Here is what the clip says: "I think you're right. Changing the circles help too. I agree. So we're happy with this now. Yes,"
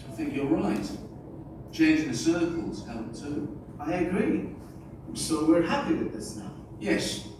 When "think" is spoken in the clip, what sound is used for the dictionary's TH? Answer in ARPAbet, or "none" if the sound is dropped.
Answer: TH